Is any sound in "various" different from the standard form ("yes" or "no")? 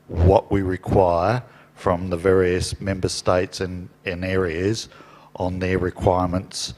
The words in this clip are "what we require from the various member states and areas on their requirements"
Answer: no